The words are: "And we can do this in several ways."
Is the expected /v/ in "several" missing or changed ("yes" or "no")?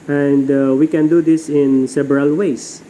yes